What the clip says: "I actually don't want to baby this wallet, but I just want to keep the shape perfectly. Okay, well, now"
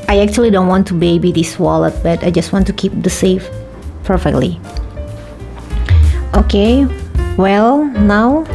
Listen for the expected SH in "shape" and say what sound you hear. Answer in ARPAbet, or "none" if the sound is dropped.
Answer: S